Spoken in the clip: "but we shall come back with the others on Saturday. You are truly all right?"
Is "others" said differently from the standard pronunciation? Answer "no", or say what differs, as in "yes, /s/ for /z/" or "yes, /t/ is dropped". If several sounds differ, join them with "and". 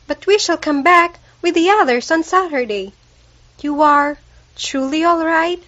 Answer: yes, /s/ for /z/